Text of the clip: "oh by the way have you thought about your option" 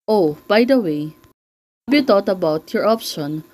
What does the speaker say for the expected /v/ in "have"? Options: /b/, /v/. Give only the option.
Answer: /b/